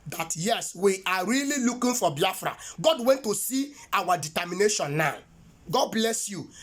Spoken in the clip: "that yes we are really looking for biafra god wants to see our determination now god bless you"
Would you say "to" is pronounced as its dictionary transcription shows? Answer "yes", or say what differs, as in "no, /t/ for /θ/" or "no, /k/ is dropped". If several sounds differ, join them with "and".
yes